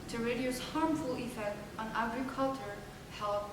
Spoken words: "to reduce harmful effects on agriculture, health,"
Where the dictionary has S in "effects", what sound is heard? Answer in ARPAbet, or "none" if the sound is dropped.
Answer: none